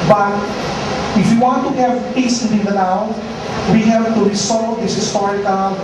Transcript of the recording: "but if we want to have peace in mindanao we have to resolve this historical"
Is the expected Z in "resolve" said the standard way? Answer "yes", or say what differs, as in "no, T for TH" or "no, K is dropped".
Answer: no, S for Z